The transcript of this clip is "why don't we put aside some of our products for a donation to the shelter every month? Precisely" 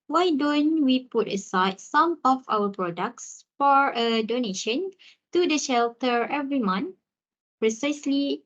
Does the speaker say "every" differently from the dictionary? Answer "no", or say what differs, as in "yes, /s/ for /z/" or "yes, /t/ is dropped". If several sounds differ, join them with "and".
no